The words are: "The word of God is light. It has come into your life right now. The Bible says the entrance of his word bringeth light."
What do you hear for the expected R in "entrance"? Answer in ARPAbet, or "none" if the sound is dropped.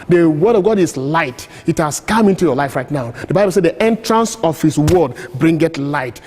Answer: R